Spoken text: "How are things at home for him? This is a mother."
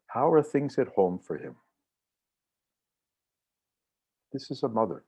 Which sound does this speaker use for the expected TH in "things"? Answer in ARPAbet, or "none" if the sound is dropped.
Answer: TH